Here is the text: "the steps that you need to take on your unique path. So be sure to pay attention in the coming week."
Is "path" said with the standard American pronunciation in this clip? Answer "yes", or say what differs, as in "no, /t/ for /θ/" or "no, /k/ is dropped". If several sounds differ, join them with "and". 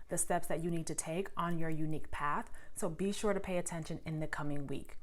yes